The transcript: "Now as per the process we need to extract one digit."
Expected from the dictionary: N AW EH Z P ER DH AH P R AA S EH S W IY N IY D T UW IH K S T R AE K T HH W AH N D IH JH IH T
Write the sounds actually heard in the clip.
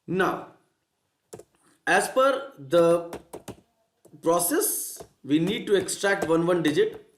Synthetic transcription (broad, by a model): N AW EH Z F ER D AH P R AA S EH S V IY N IY D T UW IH K S T R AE K T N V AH N D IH JH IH T